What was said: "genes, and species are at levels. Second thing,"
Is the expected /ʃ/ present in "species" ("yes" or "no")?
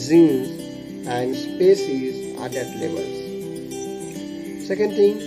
no